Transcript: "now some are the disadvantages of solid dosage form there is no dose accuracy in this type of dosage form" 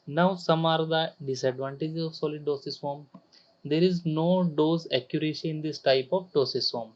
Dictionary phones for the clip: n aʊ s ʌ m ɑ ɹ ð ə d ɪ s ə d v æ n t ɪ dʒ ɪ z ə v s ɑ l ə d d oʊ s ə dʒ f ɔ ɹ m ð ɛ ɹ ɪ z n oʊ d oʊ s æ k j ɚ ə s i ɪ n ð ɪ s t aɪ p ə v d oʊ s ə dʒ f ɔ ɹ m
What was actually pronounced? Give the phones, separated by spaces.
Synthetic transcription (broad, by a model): n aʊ s ʌ m ɑ ɹ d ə d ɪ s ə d v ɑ n t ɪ dʒ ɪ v s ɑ l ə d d oʊ s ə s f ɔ m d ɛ ɹ ɪ z n oʊ d oʊ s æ k j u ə ʃ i ɪ n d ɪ s t aɪ p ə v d oʊ s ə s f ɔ m